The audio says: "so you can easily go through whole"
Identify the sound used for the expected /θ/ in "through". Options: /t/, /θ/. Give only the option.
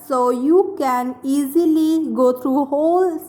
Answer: /t/